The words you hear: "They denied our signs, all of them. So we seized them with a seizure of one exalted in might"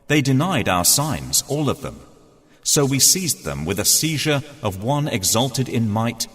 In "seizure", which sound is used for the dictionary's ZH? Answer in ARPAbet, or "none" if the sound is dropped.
ZH